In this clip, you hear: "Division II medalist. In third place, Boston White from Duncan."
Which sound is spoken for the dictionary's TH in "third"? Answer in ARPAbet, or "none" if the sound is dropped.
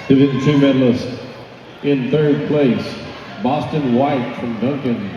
TH